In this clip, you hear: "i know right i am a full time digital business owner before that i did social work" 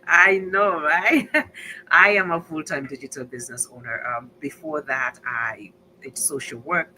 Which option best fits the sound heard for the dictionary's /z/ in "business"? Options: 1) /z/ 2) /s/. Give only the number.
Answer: 1